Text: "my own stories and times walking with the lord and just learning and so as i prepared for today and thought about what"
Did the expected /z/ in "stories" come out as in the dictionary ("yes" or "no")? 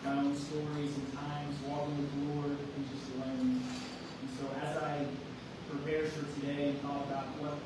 yes